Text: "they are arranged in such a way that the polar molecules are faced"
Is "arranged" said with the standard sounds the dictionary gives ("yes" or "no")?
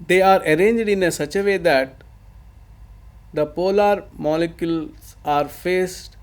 yes